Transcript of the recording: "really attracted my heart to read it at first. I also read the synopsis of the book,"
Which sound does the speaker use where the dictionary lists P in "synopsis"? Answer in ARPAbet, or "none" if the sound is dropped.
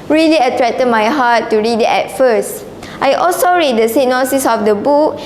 none